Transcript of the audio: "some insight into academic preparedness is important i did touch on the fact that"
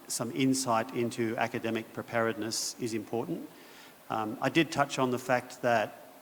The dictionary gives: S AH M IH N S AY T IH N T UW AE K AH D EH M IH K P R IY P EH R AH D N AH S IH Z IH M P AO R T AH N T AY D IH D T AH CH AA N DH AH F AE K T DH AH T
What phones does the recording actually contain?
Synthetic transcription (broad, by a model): S AH M IH N S AY T IH N T UW AE K AH D EH M IH K P R IY P EH R AH D N AH S IH Z IH M P AO R T N T AY D IH D T AH CH N DH AH F AE K T DH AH T